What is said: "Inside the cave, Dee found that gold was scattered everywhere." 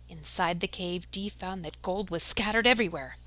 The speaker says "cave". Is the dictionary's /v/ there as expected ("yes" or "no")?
yes